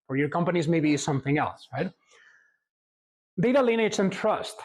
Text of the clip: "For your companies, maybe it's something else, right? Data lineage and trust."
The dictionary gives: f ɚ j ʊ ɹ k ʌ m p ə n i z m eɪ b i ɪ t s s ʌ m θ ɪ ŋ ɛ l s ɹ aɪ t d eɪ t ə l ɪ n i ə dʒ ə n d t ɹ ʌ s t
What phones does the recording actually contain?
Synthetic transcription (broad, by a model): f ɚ j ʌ ɹ k ʌ m p ə n i z m eɪ b i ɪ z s s ʌ m θ ɪ ŋ ɛ l s ɹ aɪ t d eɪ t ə l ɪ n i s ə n t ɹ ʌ s t